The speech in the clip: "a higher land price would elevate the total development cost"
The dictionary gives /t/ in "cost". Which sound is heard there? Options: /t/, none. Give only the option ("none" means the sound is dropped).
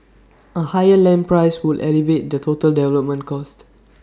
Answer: /t/